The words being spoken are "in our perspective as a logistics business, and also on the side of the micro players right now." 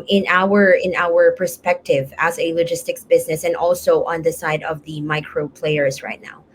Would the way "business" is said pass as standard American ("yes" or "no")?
yes